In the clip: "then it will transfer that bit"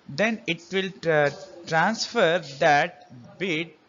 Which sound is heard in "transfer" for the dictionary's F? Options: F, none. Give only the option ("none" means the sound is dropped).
F